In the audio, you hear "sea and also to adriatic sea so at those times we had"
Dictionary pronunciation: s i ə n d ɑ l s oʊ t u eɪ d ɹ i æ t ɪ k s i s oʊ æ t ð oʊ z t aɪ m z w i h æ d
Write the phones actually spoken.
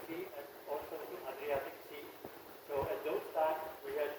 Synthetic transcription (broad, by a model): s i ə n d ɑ l s oʊ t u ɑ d ɹ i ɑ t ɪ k s i s oʊ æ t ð oʊ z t aɪ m w i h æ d